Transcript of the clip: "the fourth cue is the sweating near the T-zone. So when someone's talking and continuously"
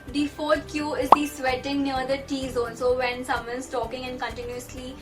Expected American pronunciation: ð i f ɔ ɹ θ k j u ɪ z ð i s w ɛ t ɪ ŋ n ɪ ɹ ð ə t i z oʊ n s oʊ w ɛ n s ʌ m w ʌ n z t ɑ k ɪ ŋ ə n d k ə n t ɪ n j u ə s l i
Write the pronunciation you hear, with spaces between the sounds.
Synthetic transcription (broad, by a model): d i f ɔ ɹ t k j u ɪ z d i s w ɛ t ɪ ŋ n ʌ ɹ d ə t i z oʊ l s oʊ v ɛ n s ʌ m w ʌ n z t ɑ k ɪ ŋ ə n d k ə n t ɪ n j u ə s l i